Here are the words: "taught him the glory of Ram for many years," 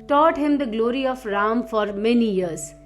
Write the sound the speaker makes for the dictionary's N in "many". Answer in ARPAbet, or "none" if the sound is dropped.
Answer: N